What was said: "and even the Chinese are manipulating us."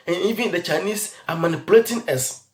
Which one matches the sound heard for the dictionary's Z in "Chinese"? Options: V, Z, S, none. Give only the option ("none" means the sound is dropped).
S